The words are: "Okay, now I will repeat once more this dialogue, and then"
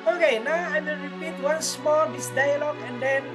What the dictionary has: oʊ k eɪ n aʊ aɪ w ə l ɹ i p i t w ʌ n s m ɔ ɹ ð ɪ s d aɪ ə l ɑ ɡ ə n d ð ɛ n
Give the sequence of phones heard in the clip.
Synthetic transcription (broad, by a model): oʊ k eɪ n aʊ aɪ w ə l ɹ i p i t w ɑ n s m ɔ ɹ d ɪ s d aɪ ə l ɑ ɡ ə n d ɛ n